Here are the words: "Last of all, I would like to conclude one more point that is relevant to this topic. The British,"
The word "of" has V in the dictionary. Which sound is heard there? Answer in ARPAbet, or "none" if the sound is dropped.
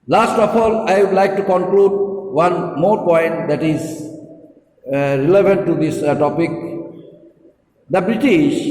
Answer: P